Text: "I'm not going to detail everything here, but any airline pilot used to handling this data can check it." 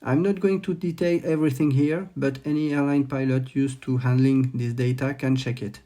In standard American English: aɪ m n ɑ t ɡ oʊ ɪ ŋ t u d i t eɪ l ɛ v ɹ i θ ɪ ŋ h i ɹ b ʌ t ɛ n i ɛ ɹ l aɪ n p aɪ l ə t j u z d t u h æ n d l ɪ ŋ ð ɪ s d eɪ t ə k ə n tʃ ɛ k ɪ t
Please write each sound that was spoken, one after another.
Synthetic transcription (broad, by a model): aɪ m n ɑ t ɡ oʊ ɪ ŋ t u d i t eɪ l ɛ v ɹ i θ ɪ ŋ h i ɹ b ʌ t ɛ n i ɛ ɹ l aɪ n p aɪ l ə t j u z t u h æ n d l ɪ ŋ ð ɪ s d eɪ t ə k ə n tʃ ɛ k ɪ t